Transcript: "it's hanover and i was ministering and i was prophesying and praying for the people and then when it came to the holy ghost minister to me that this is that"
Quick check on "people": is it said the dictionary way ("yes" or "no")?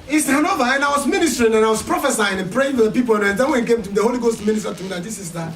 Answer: no